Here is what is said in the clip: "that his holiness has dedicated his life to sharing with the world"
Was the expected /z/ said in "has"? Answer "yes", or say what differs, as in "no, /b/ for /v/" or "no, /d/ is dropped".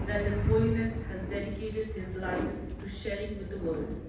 yes